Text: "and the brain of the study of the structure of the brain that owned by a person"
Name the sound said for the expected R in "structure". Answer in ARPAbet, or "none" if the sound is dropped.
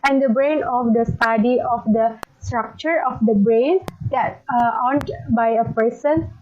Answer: R